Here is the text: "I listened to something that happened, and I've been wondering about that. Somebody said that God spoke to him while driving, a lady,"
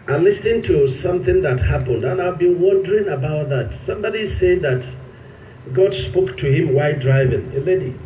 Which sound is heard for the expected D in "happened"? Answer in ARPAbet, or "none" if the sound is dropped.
D